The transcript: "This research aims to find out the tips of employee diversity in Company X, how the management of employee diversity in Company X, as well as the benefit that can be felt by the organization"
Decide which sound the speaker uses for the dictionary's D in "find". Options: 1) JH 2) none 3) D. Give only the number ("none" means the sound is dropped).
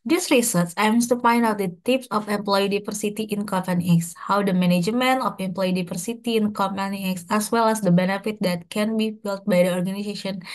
3